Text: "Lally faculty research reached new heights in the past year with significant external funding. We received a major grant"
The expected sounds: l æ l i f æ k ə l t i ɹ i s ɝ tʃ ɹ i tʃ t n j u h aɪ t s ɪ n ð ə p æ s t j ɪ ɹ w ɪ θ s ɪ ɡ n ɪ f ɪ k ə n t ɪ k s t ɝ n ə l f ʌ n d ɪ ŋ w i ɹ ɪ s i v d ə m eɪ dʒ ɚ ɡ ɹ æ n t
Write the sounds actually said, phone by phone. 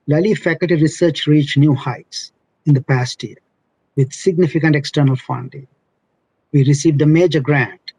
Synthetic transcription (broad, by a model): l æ l i f æ k ə l t i ɹ i s ɝ tʃ ɹ i tʃ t n j u h aɪ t s ɪ n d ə p æ s t j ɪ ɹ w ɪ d s ɪ ɡ n ɪ f ɪ k ə n t ɪ k s t ɝ n ə l f ʌ n d ɪ ŋ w i ɹ ɪ s i v d ə m eɪ dʒ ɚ ɡ ɹ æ n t